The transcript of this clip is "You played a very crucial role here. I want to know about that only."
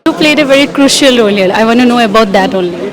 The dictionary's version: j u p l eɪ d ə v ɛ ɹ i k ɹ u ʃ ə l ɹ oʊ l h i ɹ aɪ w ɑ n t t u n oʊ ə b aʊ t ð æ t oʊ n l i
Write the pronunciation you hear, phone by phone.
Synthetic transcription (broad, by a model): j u p l eɪ d ə v ɛ ɹ i k ɹ u ʃ ə l ɹ oʊ l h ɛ l aɪ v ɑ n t t u n oʊ ə b aʊ t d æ t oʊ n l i